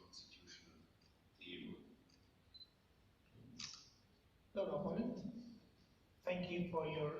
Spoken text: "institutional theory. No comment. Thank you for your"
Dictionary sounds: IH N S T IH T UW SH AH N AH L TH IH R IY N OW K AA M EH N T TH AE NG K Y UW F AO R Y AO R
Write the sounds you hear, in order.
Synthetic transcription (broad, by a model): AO N S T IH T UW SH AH N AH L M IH L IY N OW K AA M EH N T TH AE NG K Y UW F AO R Y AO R